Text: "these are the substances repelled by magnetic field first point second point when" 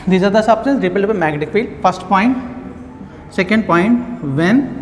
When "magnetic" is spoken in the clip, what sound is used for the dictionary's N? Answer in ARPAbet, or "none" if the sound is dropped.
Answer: none